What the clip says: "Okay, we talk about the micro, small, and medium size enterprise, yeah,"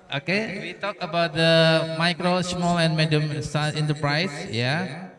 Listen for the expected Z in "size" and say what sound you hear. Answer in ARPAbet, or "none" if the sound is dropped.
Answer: none